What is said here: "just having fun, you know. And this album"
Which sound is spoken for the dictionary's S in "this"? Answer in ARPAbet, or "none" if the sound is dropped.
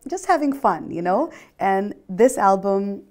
S